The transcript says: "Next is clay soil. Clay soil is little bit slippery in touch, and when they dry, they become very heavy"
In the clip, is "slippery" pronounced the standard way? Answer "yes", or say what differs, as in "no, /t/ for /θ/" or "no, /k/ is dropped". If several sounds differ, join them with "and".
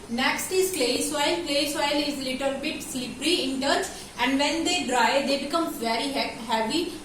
yes